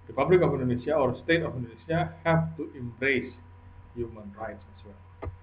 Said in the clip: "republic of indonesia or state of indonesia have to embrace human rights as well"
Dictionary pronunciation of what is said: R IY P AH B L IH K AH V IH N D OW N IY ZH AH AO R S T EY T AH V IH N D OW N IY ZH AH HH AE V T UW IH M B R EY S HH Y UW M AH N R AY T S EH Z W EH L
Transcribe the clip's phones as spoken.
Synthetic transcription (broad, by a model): R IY P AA B L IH K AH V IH N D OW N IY S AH AO R S T EY T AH F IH N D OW N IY S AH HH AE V T UW IH M B R EY S HH Y UW M AH N R AY T S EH S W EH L